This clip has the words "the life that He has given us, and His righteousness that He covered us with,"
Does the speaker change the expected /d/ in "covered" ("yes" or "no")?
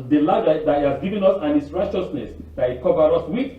yes